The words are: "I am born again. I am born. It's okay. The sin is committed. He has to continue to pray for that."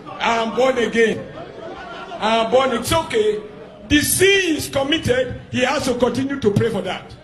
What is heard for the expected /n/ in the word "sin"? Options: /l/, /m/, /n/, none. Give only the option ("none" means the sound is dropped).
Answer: none